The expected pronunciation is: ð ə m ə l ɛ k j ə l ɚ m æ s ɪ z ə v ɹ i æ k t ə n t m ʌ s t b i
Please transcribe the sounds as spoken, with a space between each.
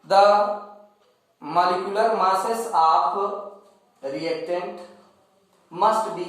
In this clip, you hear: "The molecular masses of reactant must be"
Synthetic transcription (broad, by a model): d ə m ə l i k j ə l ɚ m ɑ s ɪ s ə p ɹ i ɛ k t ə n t m ʌ s t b i